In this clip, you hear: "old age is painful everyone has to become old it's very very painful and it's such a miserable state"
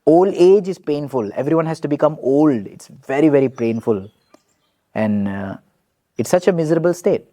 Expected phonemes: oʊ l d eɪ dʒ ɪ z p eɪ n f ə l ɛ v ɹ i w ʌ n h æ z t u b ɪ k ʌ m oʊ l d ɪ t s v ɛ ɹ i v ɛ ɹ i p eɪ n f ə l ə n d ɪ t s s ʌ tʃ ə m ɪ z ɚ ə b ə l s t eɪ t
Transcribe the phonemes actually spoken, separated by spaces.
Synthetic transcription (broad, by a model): oʊ l d eɪ dʒ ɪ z p eɪ n f ə l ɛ v ɹ i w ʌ n h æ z t u b ɪ k ʌ m oʊ l d ɪ t s v ɛ ɹ i v ɛ ɹ i p eɪ n f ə l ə n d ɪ t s s ʌ tʃ ə m ɪ z ɚ ə b ə l s t eɪ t